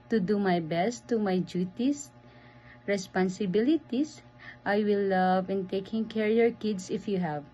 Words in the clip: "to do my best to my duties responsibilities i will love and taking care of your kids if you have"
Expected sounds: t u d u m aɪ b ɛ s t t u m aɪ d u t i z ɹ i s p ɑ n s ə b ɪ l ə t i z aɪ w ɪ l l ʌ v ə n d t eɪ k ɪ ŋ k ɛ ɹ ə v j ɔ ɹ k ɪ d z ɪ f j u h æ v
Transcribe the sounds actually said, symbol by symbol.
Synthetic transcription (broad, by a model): t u d u m aɪ b ɛ s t t u m aɪ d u t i s ɹ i s p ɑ n s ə b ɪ l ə t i s aɪ w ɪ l l ʌ v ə n t eɪ k ɪ ŋ k ɛ ɹ j ɔ ɹ k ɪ d s ɪ f j u h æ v